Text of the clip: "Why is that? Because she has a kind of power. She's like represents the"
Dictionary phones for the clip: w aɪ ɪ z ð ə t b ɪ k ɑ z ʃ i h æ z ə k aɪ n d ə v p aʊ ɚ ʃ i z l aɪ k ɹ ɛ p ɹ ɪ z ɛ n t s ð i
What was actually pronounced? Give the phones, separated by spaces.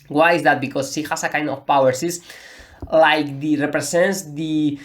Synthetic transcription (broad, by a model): w aɪ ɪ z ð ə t b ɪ k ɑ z ʃ i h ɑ s ə k aɪ n d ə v p aʊ ɚ s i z l aɪ k ɹ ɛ p ɹ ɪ s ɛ n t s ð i